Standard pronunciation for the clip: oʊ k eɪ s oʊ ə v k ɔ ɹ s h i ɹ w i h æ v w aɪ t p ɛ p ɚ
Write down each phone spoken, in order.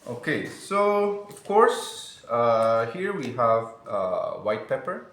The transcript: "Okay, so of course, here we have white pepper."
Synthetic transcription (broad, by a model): oʊ k eɪ s oʊ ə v k ɔ ɹ s h i ɹ w i h æ v w aɪ t p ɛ p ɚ